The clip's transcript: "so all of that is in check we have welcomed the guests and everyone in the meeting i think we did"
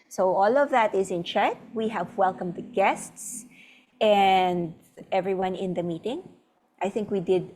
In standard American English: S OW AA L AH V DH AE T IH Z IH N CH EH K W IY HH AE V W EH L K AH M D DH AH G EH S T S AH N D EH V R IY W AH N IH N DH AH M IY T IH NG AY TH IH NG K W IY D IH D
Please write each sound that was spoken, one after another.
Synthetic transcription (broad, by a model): S OW AA L AH V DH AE T IH Z IH N CH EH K W IY HH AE V W EH L K AH M D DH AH G EH S T S AH N D EH V R IY W AH N IH N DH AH M IY T IH NG AY TH IH NG K W IY D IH D